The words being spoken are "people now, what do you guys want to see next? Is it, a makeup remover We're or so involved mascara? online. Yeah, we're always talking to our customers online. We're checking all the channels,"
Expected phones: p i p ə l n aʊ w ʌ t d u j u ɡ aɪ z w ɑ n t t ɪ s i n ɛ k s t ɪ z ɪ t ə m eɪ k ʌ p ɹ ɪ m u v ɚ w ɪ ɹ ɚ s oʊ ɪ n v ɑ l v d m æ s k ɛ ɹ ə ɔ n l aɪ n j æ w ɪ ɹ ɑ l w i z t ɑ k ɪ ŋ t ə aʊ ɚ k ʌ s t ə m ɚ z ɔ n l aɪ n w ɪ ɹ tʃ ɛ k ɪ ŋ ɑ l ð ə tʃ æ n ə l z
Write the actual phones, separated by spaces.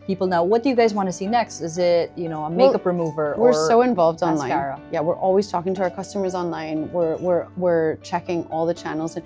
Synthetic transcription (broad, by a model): p i p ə l n aʊ w ʌ t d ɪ j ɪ ɡ aɪ z w ɑ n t t ɪ s i n ɛ k s t ɪ z ɪ t ə m eɪ k ʌ p ɹ ɪ m u v ɚ w ɪ ɹ s oʊ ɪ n v ɑ l v d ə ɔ n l aɪ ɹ j æ w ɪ ɹ ɑ l w i z t ɑ k ɪ ŋ t ə aʊ ɚ k ʌ s t ə m ɚ z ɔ n l aɪ n w ɪ ɹ tʃ ɛ k ɪ ŋ ɑ l ð ə tʃ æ n l z